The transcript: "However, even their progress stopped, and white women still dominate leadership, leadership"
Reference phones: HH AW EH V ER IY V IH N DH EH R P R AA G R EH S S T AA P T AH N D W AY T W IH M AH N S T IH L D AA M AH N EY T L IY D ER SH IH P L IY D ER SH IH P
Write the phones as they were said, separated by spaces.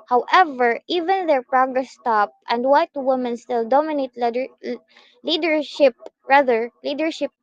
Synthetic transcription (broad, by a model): HH AW EH V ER IY V IH N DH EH R P R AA G R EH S S T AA P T AH N D W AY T W IH M AH N S T IH L D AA M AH N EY T L IY D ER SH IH P L IY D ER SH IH P